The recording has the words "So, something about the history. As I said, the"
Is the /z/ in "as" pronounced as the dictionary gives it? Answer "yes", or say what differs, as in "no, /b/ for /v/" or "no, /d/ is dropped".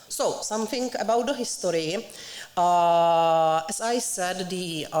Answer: no, /s/ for /z/